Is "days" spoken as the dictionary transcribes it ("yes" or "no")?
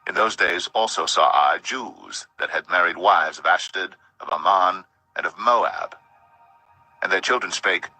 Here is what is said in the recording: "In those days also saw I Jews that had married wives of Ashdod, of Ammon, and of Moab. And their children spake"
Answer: yes